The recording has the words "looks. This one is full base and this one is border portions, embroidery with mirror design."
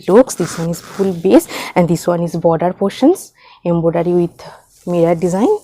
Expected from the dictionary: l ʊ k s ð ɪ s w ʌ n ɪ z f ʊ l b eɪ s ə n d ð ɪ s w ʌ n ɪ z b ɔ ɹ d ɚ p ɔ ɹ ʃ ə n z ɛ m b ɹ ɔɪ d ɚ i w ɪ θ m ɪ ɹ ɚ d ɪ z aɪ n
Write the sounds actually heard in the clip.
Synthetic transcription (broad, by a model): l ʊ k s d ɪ s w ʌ n ɪ z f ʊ l b eɪ s ə n d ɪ s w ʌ n ɪ z b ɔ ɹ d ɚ p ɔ ɹ ʃ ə n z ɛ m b ɔɪ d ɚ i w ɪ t m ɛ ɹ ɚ d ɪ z aɪ n